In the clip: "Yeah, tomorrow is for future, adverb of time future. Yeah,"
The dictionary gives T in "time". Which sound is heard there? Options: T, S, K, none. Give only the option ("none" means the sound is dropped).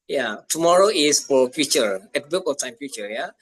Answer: T